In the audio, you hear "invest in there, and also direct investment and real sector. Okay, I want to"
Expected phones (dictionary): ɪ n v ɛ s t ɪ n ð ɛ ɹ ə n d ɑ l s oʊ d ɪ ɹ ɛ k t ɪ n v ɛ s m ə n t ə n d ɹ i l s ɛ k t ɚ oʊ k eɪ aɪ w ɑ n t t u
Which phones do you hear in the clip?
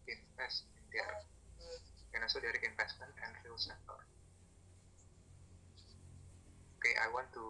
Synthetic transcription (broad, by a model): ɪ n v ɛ s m ɪ n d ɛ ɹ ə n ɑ s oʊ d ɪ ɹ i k ɪ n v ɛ s m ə n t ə n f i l s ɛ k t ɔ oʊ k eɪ aɪ w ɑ n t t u